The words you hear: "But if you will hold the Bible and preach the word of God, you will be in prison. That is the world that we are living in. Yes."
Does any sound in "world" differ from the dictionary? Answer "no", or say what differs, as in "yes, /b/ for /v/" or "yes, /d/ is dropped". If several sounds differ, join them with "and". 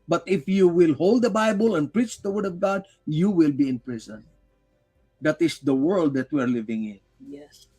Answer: no